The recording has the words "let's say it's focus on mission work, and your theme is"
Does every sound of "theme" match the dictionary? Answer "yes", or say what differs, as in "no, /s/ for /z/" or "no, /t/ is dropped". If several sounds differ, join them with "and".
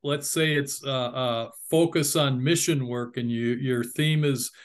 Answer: yes